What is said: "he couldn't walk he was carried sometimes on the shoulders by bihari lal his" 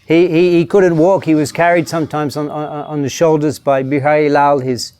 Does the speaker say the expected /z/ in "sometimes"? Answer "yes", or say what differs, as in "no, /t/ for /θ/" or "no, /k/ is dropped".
yes